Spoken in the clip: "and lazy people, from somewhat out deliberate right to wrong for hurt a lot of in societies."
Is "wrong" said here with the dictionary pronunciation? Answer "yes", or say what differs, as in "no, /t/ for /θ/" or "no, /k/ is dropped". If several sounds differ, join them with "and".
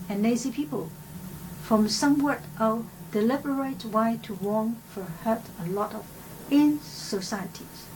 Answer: no, /w/ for /ɹ/